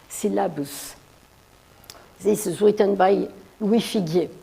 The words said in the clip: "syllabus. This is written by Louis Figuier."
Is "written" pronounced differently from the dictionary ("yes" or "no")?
yes